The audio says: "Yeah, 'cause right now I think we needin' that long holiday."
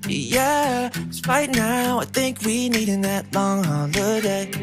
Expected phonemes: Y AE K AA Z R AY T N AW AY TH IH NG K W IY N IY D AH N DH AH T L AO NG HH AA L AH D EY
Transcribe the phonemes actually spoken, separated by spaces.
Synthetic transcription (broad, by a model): Y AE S R AY T N AW AY TH IH NG K W IY N IY D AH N DH AH T L AO NG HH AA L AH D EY